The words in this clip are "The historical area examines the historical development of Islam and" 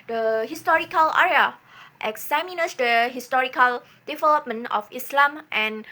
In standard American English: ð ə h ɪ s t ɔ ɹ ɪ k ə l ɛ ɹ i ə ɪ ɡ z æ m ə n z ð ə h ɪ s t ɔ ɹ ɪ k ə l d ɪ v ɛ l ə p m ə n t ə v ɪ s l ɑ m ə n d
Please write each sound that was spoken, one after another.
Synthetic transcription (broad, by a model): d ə h ɪ s t ɔ ɹ ɪ k ə l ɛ ɹ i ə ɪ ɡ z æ m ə n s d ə h ɪ s t ɔ ɹ ɪ k ə l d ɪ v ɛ l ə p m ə n ə f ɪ s l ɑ m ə n